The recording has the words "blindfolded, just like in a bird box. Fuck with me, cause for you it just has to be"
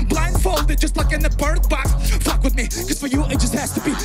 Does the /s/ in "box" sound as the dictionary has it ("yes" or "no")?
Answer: no